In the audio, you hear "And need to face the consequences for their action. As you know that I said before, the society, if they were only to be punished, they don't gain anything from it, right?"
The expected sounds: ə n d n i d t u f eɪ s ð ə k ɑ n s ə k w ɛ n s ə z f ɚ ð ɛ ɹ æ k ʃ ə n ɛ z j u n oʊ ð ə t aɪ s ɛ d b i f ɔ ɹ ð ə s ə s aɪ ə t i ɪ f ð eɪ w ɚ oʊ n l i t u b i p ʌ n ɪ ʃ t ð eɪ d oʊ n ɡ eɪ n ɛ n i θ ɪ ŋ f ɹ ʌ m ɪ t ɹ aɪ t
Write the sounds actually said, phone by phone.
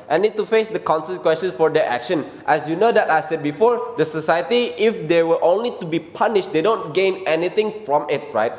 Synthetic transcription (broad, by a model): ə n n i d t u f eɪ s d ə k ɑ n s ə k w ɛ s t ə s f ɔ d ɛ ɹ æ k ʃ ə n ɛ s j u n oʊ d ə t aɪ s ɛ d b i f ɔ ɹ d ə s ə s aɪ ə t i ɪ f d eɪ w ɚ oʊ n l i t u b i p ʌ n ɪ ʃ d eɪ d oʊ n ɡ eɪ n ɛ n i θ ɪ ŋ f ɹ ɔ m ɪ t ɹ aɪ t